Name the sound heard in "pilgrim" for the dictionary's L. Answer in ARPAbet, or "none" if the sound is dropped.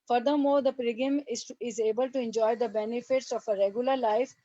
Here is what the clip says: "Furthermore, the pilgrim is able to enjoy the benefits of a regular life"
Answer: none